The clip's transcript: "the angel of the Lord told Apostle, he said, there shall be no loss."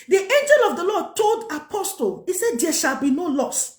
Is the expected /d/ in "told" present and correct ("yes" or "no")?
yes